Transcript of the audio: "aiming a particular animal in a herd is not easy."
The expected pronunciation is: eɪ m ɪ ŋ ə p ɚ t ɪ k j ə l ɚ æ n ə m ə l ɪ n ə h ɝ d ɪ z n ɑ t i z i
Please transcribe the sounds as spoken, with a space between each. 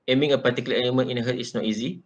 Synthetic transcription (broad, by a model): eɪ m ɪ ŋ ə p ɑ t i k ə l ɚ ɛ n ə m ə n ɪ n ə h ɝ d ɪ s n ɑ t i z i